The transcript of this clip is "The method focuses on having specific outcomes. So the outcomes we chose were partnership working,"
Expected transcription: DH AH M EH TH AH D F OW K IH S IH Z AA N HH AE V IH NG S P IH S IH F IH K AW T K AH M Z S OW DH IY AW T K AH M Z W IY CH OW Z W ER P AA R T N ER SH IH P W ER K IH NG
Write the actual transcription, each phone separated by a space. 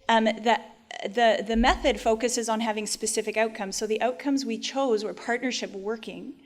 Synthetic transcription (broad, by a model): DH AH M EH TH AH D F OW K IH S IH Z N HH AE V IH NG S P IH S IH F IH K AW T K AH M Z S OW DH IY AW T K AH M Z W IY CH OW Z W ER P AA R T N ER SH IH P W ER K IH NG